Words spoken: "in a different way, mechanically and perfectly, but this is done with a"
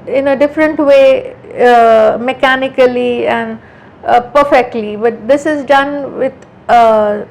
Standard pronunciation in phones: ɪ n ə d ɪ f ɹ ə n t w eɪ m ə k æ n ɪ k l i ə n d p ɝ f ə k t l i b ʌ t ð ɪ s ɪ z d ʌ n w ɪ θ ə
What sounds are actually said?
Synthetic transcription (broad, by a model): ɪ n ə d ɪ f ɹ ə n t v eɪ m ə k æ n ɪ k l i ə n d p ɝ f ə k t l i b ʌ t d ɪ s ɪ z d ʌ n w ɪ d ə